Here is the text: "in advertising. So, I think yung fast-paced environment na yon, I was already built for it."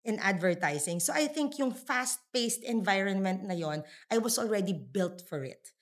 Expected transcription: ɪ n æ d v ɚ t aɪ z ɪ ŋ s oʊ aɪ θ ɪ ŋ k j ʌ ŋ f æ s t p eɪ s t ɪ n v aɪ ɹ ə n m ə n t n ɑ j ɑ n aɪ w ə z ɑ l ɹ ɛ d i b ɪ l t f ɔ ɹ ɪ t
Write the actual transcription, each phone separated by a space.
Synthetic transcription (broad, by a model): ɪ n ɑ d v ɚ t aɪ s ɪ ŋ s oʊ aɪ θ ɪ ŋ k j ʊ ŋ f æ s t p eɪ s t ɪ n v aɪ ɹ ə n m ə n t n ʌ j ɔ n aɪ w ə s ɑ l ɹ ɛ d i b ɪ l t f ɔ ɹ ɪ t